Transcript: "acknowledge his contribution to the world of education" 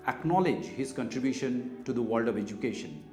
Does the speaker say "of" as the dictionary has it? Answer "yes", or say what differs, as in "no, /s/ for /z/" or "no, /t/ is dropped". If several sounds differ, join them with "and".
yes